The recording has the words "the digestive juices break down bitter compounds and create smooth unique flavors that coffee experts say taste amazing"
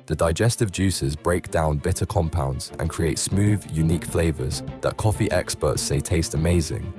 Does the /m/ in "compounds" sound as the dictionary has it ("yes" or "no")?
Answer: yes